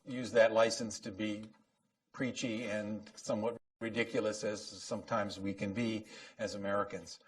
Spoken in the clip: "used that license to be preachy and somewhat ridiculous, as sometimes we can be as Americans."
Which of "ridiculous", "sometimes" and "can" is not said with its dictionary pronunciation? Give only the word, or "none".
none